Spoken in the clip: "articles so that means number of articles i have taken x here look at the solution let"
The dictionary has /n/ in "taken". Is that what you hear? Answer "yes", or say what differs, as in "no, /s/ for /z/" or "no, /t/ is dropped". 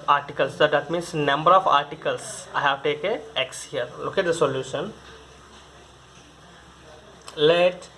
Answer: no, /n/ is dropped